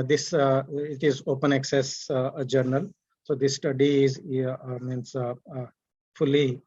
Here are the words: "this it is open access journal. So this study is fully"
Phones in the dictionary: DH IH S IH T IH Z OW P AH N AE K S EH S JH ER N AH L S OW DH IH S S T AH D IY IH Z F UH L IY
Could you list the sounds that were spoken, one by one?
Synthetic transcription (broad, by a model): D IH S IH T IH Z OW P AH N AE K S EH S JH ER N AH L S OW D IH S S T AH D IY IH S F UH L IY